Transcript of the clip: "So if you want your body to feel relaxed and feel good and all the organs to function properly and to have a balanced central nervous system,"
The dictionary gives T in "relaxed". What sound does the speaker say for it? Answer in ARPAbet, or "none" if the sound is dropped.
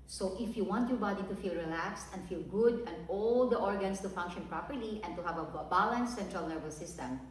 T